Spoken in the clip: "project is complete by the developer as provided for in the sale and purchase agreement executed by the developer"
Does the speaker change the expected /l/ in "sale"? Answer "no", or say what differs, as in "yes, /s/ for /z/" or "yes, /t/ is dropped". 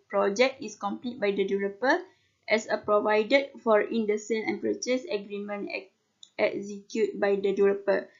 yes, /n/ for /l/